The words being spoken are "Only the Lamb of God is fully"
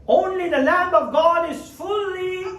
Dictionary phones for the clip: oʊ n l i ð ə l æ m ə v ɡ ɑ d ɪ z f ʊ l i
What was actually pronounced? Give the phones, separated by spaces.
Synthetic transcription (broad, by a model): oʊ n l i ð ə l æ m ə v ɡ ɑ d ɪ z f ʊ l i